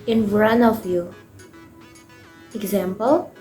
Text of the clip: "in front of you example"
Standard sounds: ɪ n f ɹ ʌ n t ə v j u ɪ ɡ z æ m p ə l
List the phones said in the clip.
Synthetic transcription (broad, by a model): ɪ n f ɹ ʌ n ə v j u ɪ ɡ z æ m p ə l